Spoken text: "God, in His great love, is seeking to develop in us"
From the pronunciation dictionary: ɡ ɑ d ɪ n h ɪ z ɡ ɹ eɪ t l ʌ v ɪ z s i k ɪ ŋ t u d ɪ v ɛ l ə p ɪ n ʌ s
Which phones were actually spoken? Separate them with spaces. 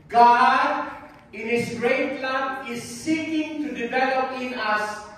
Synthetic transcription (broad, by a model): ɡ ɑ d ɪ n h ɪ s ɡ ɹ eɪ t l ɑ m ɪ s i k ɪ ŋ t u d ɪ v ɛ l ə p ɪ n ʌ s